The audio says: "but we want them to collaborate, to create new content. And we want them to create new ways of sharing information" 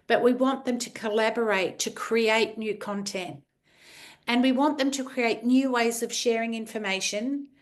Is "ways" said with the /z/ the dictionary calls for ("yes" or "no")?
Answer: yes